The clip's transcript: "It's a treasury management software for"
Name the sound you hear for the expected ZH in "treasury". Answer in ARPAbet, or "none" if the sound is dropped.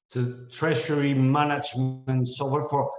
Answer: SH